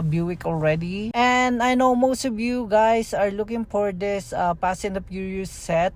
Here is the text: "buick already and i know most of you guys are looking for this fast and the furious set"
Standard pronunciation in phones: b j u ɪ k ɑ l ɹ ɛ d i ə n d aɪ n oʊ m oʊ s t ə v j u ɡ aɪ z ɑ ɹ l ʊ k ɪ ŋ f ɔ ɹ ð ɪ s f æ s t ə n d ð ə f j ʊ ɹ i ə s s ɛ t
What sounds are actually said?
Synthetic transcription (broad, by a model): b j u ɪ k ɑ l ɹ ɛ d i ə n d aɪ n oʊ m oʊ s t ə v j u ɡ aɪ s ɑ ɹ l ʊ k ɪ ŋ f ɔ ɹ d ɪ s p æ s ə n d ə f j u ɹ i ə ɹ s ɛ t